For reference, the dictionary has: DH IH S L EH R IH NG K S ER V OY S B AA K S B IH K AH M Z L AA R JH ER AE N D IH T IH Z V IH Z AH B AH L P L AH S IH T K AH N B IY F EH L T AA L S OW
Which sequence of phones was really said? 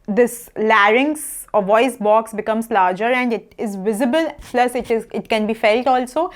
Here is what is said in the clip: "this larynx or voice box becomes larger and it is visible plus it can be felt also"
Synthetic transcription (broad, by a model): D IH S L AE R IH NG S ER V OY S B AA K S B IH K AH M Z L AA R JH ER AE N D IH T IH Z V IH Z AH B AH L P L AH S IH T K AH N B IY F EH L T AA L S OW